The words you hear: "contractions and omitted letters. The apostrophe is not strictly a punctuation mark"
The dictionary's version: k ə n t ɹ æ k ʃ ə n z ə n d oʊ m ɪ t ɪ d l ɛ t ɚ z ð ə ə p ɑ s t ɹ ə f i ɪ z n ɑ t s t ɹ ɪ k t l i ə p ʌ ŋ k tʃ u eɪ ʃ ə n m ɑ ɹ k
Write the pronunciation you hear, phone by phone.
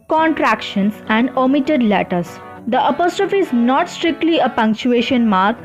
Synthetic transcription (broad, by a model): k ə n t ɹ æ k ʃ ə n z ə n d oʊ m ɪ t ɪ d l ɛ t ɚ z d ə ə p ɑ s t ɹ ə f i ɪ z n ɑ t s t ɹ ɪ k t l i ə p ʌ ŋ k tʃ u eɪ ʃ ə n m ɑ ɹ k